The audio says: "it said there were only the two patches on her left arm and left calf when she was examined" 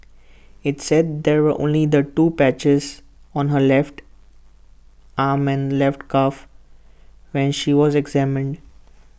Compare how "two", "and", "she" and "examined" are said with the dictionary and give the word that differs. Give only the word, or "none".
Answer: none